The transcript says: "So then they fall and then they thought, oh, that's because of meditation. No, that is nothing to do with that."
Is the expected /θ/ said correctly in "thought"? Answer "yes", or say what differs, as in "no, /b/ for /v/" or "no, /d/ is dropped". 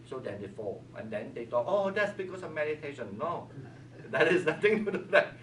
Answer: no, /t/ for /θ/